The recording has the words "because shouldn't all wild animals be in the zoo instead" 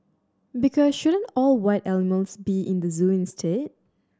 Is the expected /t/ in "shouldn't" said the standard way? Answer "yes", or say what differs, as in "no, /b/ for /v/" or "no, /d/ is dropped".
yes